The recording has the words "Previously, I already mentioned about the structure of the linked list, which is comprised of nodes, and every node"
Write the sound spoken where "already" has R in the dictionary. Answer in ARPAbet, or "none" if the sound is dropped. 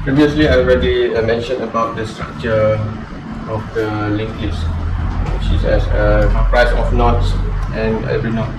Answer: R